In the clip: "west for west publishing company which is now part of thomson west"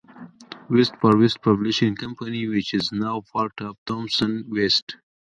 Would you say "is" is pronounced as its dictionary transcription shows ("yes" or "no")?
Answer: yes